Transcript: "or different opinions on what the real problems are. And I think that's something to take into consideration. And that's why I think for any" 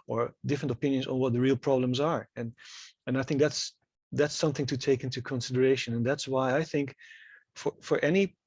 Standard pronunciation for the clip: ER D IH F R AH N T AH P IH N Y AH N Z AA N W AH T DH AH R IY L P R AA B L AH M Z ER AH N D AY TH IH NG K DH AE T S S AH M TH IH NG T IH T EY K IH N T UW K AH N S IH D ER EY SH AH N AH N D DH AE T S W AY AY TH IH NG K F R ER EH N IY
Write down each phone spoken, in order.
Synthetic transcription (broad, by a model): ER D IH F R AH N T AH P IH N Y AH N Z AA N W AH T DH AH R IY L P R AA B L AH M Z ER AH N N AY TH IH NG K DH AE T S S AH M TH IH NG T IH T EY K IH N T UW K AH N S IH D ER EY SH AH N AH N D DH AE T S W AY AY TH IH NG K F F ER EH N IY